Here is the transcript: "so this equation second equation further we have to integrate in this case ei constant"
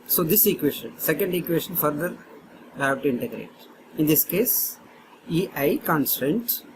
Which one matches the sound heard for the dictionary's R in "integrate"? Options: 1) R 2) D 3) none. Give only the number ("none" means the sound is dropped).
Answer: 1